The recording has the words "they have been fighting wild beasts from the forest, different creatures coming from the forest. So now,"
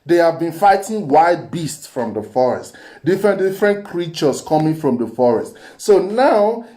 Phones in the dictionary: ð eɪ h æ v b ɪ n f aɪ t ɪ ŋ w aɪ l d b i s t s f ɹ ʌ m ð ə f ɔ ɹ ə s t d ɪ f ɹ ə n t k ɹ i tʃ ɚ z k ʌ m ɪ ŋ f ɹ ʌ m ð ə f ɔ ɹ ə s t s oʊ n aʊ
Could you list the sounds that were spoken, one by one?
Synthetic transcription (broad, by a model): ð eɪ h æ v b ɪ n f aɪ t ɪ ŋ w aɪ d b i s t s f ɹ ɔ m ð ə f ɔ ɹ ə s t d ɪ f ɹ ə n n k ɹ i tʃ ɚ s k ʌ m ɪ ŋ f ɹ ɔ m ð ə f ɔ ɹ ə s t s oʊ n aʊ